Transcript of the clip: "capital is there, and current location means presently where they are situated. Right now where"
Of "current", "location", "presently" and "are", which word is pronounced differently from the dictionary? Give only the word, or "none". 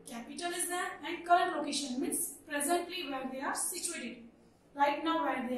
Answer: current